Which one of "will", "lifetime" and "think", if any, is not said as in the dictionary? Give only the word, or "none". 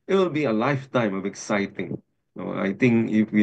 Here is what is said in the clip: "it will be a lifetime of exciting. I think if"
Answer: think